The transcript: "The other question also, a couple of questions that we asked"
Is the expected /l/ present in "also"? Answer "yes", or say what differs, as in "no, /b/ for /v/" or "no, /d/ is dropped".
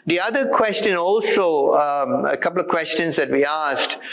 yes